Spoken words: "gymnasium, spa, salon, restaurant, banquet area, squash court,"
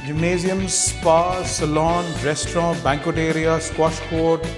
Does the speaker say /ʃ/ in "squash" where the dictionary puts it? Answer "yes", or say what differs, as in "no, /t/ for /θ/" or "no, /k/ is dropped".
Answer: no, /s/ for /ʃ/